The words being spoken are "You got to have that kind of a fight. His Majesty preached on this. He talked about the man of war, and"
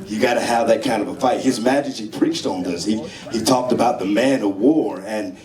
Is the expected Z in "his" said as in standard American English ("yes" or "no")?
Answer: yes